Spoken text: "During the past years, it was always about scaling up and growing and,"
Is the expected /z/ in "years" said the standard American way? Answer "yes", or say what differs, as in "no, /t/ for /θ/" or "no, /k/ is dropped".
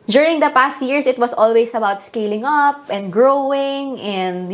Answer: no, /s/ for /z/